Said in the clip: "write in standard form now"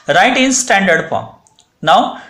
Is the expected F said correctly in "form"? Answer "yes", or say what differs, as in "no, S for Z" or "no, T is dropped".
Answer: no, P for F